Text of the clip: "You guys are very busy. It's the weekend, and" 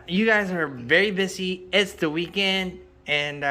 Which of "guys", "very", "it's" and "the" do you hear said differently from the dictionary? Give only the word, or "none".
none